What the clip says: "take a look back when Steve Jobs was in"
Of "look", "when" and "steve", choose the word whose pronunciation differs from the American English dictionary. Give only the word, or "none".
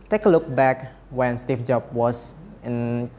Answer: steve